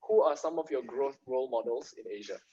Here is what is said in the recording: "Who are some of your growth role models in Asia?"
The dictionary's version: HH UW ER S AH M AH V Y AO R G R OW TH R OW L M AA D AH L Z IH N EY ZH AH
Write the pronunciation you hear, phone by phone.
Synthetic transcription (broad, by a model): HH UW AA S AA M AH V Y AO G R OW TH R OW L M AA D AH L S IH N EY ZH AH